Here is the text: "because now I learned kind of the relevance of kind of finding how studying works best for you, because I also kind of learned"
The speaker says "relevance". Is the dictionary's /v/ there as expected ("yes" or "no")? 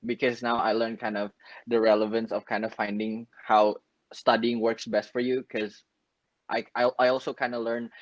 yes